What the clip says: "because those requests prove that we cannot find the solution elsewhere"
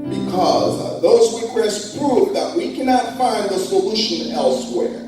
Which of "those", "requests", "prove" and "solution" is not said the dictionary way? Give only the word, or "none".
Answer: requests